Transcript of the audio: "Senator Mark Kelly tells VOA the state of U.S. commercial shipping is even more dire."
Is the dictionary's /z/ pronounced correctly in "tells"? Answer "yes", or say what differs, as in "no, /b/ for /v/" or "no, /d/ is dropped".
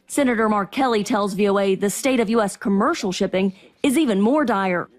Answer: yes